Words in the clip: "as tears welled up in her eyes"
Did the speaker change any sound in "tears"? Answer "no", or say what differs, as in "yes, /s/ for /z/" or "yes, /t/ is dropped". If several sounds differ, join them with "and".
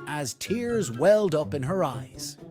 no